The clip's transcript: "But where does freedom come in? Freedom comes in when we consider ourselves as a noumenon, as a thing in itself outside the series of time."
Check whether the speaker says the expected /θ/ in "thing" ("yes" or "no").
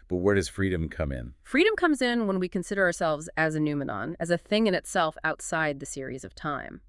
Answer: yes